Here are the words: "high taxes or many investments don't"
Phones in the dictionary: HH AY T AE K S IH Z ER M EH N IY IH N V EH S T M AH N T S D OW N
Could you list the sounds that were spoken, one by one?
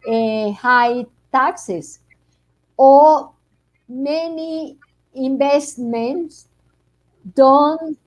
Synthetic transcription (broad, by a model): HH AY T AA K S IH S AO M EH N IY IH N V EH S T M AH N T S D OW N